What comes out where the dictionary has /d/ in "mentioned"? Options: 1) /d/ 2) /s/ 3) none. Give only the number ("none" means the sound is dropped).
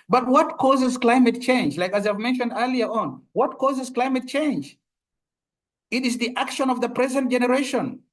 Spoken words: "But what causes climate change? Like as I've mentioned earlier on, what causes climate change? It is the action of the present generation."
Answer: 1